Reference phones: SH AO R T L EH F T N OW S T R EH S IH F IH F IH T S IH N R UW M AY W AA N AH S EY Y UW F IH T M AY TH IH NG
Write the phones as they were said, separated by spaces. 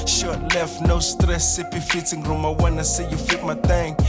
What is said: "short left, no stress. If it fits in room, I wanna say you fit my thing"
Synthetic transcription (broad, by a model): SH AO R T L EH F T N OW S T R EH S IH P IH F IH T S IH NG R UW M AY W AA N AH S EY Y UW F IH T M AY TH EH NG